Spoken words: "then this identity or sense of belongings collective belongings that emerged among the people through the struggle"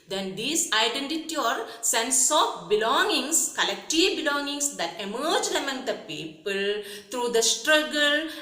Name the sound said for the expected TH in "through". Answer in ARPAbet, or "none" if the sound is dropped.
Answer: T